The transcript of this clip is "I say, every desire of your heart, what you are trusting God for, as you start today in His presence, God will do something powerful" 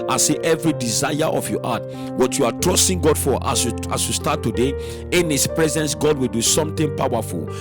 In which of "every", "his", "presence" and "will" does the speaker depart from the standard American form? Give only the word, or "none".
his